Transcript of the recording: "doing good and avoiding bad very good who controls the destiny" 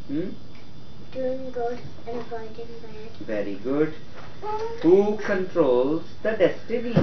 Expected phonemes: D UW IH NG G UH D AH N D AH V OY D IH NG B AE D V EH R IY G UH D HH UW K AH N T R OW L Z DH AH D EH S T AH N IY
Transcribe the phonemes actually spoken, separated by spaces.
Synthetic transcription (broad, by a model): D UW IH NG G UH D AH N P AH IH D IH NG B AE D V EH R IY G UH D HH UW K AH N T R OW L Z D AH D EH S T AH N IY